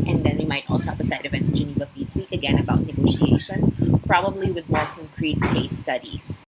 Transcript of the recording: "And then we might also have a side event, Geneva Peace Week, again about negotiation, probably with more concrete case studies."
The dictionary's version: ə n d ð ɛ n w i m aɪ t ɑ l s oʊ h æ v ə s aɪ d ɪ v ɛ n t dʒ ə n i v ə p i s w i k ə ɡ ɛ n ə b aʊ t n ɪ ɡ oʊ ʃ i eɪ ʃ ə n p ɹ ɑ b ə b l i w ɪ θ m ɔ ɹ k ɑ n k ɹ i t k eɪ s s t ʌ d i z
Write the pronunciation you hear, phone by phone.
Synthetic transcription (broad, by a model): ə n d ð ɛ n w i m aɪ t ɑ l s oʊ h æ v ə s aɪ d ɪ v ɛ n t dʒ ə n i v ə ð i s w i k ə ɡ ɛ n ə b aʊ t n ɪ ɡ oʊ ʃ i eɪ ʃ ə n p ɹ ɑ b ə b l i w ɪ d m ɔ ɹ k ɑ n k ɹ i t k eɪ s s t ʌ d i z